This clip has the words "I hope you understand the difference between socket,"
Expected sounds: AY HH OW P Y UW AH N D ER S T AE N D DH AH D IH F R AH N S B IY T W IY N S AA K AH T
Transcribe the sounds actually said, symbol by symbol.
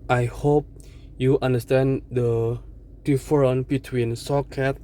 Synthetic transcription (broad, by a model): AY HH OW P Y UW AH N D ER S T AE N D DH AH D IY F R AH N B IY T W IY N S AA K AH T